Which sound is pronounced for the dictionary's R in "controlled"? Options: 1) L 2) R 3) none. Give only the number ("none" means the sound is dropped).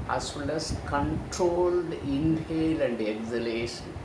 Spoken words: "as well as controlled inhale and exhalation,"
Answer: 2